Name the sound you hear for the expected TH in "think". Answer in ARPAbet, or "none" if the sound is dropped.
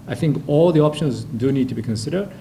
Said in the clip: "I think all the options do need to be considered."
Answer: TH